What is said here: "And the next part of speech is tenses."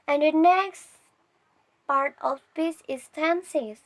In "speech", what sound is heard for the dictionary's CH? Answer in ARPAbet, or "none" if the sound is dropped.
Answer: S